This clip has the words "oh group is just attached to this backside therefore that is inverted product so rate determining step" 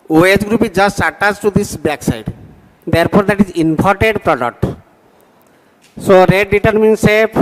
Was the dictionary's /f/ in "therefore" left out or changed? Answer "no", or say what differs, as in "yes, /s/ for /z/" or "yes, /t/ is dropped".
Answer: yes, /p/ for /f/